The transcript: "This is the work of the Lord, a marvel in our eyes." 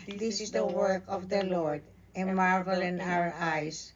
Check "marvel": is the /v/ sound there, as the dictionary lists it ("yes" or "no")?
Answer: yes